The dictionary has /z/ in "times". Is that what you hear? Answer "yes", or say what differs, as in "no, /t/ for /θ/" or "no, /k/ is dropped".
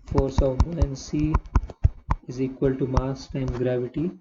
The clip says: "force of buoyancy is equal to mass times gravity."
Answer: no, /z/ is dropped